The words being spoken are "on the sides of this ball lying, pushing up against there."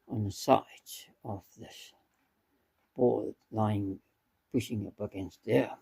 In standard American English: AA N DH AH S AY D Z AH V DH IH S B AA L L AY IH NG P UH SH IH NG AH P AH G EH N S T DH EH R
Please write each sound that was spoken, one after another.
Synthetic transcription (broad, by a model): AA N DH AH S AY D AH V DH IH S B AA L L AY IH NG P UH SH IH NG AH P AH G EH N S T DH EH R